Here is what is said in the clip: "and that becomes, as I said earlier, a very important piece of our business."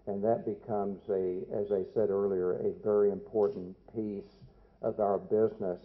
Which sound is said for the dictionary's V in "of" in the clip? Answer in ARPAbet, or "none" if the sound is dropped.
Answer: V